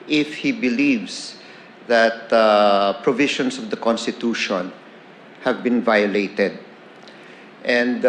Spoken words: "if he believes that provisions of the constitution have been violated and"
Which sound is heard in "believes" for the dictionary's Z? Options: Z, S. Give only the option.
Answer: S